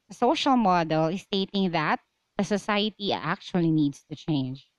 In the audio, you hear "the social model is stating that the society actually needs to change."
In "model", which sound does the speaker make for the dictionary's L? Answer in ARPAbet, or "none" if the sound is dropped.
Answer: L